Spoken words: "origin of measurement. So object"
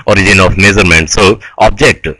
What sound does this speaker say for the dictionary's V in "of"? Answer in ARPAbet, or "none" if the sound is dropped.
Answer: F